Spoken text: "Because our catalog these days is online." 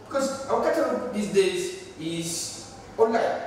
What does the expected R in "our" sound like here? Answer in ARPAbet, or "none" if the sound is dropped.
W